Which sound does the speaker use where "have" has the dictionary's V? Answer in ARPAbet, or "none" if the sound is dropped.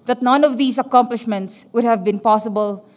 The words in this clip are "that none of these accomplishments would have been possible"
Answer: V